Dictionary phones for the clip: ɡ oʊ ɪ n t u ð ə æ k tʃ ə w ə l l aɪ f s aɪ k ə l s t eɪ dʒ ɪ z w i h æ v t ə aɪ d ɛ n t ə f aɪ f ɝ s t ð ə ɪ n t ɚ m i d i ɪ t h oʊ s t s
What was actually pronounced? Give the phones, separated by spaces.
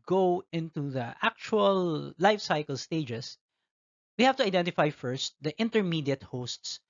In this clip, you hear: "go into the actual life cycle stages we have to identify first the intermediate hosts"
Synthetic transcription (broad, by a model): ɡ oʊ ɪ n t u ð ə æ k tʃ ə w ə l l aɪ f s aɪ k ə l s t eɪ dʒ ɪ s w i h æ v t ə aɪ d ɛ n t ə f aɪ f ɝ s t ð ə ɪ n t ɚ m i d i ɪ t h oʊ s t s